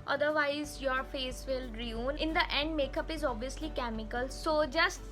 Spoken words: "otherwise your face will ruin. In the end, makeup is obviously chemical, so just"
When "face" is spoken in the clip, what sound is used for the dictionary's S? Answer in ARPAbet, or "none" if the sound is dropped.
S